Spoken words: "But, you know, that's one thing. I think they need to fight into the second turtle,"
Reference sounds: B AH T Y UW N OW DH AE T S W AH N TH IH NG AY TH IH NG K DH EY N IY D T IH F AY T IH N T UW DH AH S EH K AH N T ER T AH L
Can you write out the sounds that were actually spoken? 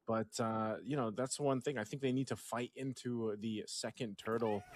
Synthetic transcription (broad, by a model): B AH T Y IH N OW DH AE T S W AH N TH IH NG AY TH IH NG K DH EY N IY D T IH F AY T IH N T UW DH AH S EH K AH N T ER T L